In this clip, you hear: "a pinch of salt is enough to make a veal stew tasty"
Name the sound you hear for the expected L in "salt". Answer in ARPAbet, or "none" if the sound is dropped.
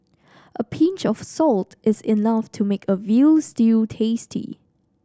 L